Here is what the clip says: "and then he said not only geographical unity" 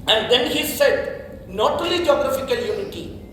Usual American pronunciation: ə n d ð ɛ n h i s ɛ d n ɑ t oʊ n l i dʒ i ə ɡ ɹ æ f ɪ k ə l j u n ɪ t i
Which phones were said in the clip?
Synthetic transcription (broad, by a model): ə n d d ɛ n h i s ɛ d n ɑ t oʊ l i dʒ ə ɡ ɹ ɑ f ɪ k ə l j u n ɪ t i